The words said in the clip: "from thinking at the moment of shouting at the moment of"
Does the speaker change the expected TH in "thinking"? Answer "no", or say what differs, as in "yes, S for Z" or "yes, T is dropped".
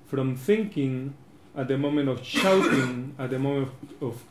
no